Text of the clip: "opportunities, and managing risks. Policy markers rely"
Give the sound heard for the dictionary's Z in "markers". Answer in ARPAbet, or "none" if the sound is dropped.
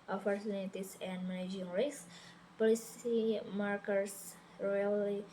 S